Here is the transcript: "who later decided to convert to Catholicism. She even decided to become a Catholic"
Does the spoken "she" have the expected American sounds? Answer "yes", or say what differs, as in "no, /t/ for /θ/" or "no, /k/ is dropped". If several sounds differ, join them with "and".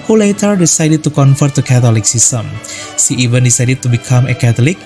no, /s/ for /ʃ/